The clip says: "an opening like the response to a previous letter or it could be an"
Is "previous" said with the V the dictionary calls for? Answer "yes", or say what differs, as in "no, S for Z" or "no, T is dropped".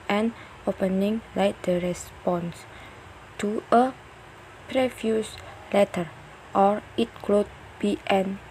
no, F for V